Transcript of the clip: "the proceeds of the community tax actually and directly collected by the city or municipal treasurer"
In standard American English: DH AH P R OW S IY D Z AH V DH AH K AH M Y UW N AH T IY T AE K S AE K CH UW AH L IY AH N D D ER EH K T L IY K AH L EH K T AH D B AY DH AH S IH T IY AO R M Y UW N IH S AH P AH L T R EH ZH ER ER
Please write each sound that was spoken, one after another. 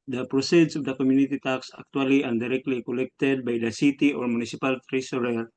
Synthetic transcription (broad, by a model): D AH P R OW S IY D S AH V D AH K AH M Y UW N AH T IY T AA K S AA K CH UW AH L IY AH N D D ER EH K T L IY K AH L EH K T AH D B AY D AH S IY T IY AO R M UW N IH S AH P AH L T R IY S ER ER